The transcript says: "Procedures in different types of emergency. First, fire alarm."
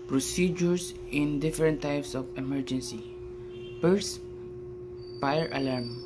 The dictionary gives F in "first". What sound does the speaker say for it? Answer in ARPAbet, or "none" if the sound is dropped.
P